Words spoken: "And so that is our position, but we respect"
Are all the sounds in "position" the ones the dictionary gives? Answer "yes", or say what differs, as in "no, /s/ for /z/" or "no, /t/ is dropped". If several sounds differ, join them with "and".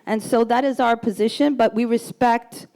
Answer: yes